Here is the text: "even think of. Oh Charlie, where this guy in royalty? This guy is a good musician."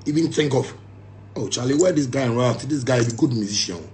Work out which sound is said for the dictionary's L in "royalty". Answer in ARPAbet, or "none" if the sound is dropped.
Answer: none